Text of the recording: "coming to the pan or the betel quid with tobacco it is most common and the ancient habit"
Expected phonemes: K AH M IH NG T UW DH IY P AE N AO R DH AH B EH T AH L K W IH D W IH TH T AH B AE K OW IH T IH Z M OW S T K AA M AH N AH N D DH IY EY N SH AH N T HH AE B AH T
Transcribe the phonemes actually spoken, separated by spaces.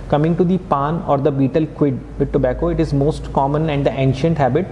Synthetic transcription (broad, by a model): K AH M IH NG T UW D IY P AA N AO R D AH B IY T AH L K W IH D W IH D T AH B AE K OW IH T IH Z M OW S T K AA M AH N AH N D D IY EY N SH AH N T HH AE B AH T